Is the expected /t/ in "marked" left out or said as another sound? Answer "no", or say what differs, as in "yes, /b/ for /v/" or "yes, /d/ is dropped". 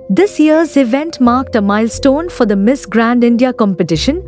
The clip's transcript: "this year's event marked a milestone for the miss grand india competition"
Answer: no